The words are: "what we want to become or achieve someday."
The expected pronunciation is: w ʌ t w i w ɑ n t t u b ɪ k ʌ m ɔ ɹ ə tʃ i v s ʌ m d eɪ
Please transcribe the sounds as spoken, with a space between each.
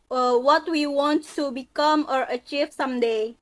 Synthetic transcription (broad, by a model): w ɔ t w i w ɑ n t t u b ɪ k ʌ m ɔ ɹ ə tʃ i v s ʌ m d eɪ